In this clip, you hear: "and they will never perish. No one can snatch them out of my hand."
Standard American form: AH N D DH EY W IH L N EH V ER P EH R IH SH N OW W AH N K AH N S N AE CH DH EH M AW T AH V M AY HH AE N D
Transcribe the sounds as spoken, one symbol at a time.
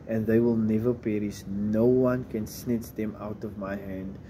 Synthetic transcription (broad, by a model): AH N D DH EY W IH L N EH V ER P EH R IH S N OW W AH N K AH N S N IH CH DH EH M AW T AH V M AY HH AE N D